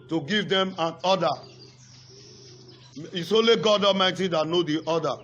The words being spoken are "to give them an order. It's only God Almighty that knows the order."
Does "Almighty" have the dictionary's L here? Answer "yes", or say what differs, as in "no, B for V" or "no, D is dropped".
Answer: no, L is dropped